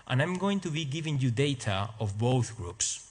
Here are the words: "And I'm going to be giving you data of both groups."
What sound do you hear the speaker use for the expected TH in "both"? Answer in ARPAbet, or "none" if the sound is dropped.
TH